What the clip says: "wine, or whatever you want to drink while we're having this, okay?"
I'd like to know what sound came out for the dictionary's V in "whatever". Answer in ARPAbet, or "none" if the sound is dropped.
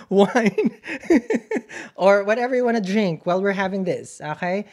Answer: V